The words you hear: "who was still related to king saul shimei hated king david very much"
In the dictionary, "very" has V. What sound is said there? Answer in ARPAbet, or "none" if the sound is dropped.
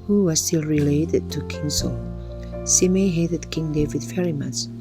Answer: F